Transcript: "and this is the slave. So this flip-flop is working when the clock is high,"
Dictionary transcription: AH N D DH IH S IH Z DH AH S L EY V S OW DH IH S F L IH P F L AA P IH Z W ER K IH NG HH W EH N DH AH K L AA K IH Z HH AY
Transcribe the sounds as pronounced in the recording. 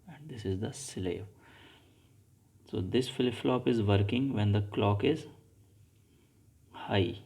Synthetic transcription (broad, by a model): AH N D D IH S IH Z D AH S L EY V S OW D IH S F L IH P F L AA P IH Z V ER K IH NG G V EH N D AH K L AA K IH Z HH AY